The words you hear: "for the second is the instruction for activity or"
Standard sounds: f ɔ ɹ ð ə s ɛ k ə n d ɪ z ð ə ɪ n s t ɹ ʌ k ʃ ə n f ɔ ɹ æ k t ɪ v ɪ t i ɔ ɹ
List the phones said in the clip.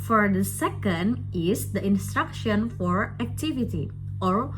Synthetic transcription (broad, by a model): f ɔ ɹ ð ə s ɛ k ə n d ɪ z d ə ɪ n s t ɹ ʌ k ʃ ə n f ɔ ɹ æ k t ɪ v ɪ t i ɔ ɹ